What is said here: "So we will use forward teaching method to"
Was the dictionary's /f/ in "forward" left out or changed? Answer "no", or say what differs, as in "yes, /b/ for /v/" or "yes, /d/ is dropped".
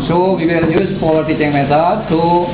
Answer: yes, /p/ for /f/